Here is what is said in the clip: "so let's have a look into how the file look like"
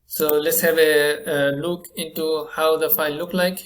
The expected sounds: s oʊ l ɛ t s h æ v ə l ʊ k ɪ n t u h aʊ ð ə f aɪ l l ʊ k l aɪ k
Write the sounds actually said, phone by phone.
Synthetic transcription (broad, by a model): s oʊ l ɛ t s h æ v ə l ʊ k ɪ n t u h aʊ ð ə f aɪ n l ʊ k l aɪ k